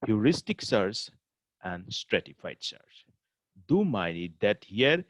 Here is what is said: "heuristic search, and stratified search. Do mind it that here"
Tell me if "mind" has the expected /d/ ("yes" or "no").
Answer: no